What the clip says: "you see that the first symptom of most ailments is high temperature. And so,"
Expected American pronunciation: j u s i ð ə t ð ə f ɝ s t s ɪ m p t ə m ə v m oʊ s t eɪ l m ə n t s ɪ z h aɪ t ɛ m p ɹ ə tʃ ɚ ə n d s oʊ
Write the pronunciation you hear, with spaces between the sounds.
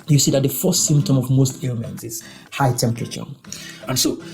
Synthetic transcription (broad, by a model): j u s i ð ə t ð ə f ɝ s t s ɪ m p t ə m ə v m oʊ s t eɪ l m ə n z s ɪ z h aɪ t ɛ m p ɹ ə tʃ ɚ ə n s oʊ